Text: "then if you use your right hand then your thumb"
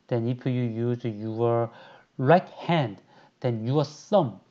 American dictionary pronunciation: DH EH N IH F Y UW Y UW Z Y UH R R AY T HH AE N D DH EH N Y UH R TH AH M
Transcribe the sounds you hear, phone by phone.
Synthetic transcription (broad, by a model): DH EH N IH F Y UW Y UW Z Y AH R R AY T HH AE N D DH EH N Y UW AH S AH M